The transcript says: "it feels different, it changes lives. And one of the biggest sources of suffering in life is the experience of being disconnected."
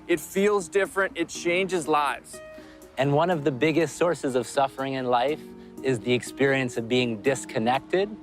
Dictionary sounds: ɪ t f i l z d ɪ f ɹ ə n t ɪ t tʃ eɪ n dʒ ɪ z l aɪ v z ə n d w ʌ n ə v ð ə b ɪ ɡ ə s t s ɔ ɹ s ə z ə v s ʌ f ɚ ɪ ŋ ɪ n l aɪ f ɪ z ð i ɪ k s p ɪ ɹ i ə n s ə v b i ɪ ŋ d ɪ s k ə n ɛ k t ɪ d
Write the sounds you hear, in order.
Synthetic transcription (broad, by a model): ɪ t f i l z d ɪ f ɹ ə n t ɪ t tʃ eɪ n dʒ ɪ z l aɪ v z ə n w ʌ n ə v ð ə b ɪ ɡ ə s t s ɔ ɹ s ə z ə v s ʌ f ɚ ɪ ŋ ɪ n l aɪ f ɪ z ð i ɪ k s p ɪ ɹ i ə n s ə v b i ɪ ŋ d ɪ s k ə n ɛ k t ɪ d